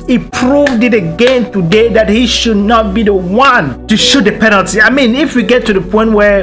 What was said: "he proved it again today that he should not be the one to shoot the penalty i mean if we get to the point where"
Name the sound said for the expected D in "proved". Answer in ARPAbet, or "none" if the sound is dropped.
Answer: D